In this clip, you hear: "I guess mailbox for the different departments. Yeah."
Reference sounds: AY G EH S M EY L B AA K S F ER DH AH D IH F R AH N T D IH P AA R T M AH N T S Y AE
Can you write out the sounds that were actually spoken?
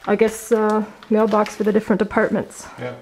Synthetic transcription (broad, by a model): AY G EH S M EY L B AA K S F ER DH AH D IH F R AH N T D IH P AA R T M AH N T S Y